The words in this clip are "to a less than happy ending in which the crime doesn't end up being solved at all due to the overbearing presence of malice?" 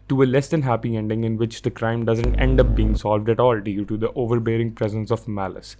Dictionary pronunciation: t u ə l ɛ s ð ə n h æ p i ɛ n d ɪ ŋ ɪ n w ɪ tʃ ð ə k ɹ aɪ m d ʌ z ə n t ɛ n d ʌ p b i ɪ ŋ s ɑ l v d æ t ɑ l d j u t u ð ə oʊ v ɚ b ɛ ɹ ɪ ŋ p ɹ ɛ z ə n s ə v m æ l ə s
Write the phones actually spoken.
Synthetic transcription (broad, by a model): t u ə l ɛ s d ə n h æ p i ɛ n d ɪ ŋ ɪ n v ɪ tʃ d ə k ɹ aɪ m d ʌ z ə n t ɛ n d ʌ p b i ɪ ŋ s ɑ l v d æ t ɑ l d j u t u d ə oʊ v ɚ b ɛ ɹ ɪ ŋ p ɹ ɛ z ə n s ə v m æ l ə s